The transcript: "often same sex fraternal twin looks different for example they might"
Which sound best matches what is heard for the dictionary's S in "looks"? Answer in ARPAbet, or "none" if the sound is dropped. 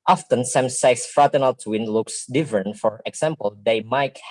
S